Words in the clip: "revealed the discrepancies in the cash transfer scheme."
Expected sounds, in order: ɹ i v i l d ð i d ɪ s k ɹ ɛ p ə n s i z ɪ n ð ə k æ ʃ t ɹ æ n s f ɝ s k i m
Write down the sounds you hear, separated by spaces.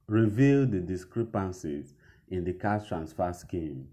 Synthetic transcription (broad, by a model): ɹ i v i l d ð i d ɪ s k ɹ ɛ p ə n s i z ɪ n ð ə k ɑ s t ɹ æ n s f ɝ s k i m